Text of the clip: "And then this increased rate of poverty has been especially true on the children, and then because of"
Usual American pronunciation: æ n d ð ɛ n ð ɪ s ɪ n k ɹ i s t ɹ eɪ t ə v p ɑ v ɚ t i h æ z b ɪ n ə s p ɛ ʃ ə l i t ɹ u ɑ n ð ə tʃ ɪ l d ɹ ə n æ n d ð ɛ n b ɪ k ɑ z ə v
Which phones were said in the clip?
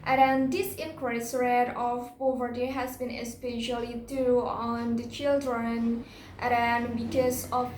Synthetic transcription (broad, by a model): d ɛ n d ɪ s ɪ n k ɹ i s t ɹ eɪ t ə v p ɑ v ɚ t i h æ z b ɪ n ə s p ɛ ʃ ə l i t u ɑ n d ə tʃ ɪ l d ɹ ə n n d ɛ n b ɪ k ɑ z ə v